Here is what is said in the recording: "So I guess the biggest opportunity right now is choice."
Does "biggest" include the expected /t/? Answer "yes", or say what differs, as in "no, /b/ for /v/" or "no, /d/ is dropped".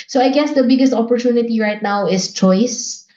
yes